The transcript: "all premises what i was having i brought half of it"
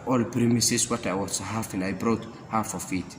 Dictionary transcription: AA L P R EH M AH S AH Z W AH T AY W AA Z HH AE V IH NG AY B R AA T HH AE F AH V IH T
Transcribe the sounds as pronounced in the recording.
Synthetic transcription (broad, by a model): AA L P R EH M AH S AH S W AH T AY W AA S HH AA F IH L AY B R AA T HH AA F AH F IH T